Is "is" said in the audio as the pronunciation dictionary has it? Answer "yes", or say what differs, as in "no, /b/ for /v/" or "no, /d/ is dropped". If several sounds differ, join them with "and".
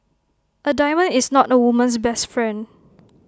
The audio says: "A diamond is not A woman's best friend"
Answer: no, /s/ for /z/